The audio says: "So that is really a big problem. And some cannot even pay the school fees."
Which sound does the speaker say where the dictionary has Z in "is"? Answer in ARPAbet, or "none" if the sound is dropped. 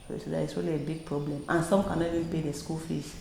S